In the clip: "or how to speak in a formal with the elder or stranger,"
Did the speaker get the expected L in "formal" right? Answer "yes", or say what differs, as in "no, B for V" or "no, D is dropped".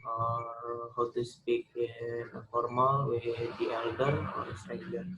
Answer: yes